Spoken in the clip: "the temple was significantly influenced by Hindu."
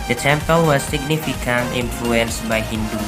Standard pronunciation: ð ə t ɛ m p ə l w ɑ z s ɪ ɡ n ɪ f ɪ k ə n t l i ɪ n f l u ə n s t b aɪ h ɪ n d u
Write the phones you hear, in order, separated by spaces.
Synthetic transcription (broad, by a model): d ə t ɛ m p ə l w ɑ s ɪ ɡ n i f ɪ k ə n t i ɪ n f l u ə n s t b aɪ h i n d u